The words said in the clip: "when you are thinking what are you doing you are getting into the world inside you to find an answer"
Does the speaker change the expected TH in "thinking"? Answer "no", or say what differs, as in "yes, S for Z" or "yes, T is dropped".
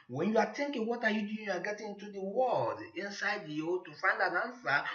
yes, T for TH